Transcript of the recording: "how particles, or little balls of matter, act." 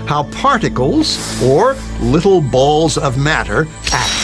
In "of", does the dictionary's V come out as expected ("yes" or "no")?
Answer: yes